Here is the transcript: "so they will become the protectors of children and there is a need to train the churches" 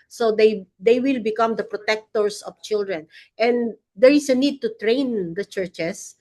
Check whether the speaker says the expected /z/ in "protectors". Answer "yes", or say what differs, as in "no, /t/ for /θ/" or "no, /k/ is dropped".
no, /s/ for /z/